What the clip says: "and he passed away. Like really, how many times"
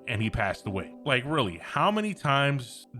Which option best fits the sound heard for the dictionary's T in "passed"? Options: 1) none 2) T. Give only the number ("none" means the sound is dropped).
2